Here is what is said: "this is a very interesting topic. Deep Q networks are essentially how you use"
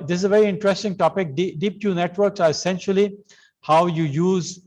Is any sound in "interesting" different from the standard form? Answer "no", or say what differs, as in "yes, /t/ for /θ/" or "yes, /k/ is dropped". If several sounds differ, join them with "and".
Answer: no